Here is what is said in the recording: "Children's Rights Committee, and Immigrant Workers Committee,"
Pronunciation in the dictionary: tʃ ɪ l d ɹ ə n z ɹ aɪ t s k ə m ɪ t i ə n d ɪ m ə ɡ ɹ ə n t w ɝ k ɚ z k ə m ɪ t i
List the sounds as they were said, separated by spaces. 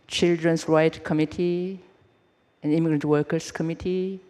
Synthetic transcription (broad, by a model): tʃ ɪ l d ɹ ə n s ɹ aɪ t k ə m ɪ t i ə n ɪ m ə ɡ ɹ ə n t w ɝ k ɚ s k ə m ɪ t i